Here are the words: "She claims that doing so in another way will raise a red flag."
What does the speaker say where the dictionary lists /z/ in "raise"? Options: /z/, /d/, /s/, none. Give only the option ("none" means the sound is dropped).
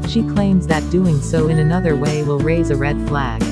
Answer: /z/